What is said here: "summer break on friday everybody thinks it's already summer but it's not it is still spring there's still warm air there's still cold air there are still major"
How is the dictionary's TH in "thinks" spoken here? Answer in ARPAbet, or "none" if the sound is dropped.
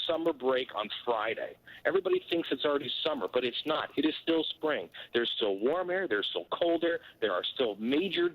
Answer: TH